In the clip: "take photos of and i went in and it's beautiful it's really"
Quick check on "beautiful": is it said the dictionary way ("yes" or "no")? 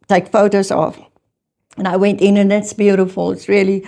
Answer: yes